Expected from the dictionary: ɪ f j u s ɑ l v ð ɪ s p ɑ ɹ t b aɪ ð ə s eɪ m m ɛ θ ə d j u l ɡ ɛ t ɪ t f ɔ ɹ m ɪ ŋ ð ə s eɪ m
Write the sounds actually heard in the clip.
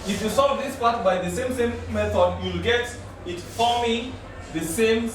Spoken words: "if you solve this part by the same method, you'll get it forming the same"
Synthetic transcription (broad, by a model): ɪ f j u s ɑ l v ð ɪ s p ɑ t b aɪ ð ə s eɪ m m ɛ θ ə d j u l ɡ ɛ t ɪ t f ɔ m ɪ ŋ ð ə s eɪ m